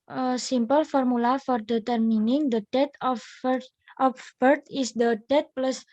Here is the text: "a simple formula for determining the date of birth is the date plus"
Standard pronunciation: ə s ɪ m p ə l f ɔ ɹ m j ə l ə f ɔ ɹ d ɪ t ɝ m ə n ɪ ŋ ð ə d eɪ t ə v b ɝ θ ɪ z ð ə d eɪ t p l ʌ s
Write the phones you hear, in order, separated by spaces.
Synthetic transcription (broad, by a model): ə s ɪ m p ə l f ɔ ɹ m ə l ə f ɔ ɹ d ɪ t ɝ m ə n ɪ ŋ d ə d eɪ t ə f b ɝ t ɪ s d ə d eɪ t p l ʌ s